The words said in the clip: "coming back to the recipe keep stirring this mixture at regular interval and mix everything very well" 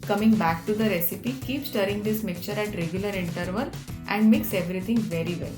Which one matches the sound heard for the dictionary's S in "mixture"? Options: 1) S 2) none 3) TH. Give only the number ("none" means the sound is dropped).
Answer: 2